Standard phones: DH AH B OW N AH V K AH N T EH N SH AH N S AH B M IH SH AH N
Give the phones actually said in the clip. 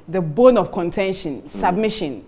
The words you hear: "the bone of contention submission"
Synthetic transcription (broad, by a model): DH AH B OW N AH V K AH N T EH N SH AH N S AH B M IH SH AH N